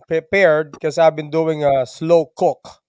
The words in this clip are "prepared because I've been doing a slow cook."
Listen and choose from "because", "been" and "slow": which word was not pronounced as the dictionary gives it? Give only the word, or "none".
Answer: because